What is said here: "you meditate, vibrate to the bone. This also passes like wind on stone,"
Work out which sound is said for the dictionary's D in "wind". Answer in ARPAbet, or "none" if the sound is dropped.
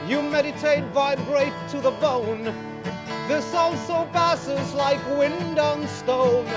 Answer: D